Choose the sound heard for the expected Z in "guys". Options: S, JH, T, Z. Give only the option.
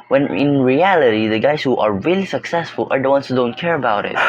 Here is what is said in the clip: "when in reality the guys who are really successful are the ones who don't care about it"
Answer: S